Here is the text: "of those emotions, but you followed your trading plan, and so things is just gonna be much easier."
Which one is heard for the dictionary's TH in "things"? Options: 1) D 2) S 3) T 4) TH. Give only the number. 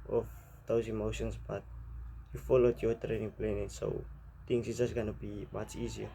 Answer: 3